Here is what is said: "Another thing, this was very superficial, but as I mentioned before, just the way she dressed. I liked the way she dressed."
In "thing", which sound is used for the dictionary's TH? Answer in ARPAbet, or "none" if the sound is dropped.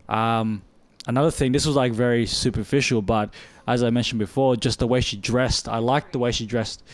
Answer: TH